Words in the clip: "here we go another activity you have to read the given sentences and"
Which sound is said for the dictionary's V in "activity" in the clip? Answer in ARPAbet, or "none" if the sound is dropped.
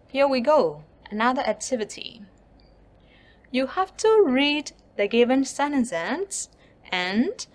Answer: V